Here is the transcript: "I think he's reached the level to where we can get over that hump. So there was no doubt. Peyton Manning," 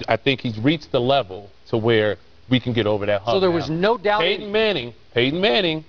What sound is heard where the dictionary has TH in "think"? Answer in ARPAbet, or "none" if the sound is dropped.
TH